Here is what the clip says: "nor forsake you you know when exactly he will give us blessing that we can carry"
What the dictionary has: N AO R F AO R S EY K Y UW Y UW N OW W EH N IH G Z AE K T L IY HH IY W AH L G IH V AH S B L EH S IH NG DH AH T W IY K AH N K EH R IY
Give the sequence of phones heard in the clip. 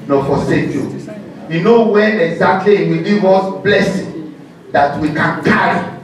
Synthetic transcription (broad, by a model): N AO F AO S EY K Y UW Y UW N OW W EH IH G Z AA K T L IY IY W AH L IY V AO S B L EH S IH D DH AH T W IY K AH N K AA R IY